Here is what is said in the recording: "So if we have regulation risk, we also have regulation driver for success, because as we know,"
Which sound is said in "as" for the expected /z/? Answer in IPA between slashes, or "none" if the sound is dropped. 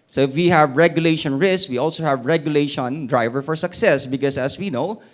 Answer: /s/